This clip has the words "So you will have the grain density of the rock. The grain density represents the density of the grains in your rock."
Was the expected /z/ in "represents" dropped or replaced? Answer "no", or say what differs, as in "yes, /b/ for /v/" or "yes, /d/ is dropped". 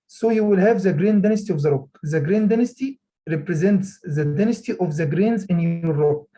no